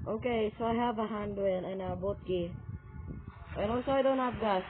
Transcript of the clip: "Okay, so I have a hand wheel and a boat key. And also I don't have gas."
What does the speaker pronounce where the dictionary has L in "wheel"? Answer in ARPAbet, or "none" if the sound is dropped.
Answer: N